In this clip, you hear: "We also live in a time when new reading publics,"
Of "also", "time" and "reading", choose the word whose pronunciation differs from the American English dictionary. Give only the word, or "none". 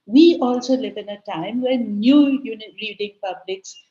reading